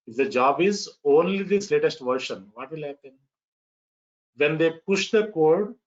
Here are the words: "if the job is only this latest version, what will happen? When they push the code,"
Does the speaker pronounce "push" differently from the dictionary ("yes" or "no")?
no